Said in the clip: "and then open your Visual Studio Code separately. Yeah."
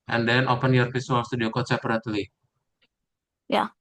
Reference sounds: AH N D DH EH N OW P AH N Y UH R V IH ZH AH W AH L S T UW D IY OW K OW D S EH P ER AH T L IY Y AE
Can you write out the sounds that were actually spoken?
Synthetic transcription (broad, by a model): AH N D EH N OW P AH N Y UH R F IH S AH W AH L S T UW D IY OW K OW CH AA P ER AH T L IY Y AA